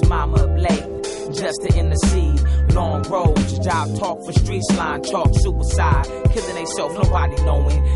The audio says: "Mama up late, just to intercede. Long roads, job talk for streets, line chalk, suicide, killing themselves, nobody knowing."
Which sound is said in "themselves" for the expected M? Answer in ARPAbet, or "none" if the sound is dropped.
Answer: none